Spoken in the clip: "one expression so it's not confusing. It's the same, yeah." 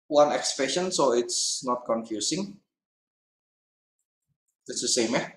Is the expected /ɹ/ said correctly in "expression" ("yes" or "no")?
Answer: yes